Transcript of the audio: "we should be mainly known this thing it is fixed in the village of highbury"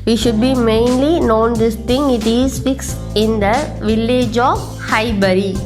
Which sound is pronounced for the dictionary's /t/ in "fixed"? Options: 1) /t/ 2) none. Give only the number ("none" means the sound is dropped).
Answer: 2